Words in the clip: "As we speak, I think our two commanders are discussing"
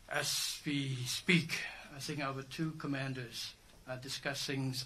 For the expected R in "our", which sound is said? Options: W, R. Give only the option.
W